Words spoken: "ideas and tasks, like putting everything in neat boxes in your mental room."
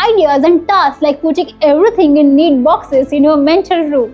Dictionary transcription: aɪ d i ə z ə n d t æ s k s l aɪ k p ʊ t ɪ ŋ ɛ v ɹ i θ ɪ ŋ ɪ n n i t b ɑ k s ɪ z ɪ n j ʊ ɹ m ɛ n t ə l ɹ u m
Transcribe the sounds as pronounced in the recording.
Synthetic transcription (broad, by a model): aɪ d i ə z ə n d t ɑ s s l aɪ k p ʊ t ɪ ŋ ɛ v ɹ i t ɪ ŋ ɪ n n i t b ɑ k s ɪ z ɪ n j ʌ m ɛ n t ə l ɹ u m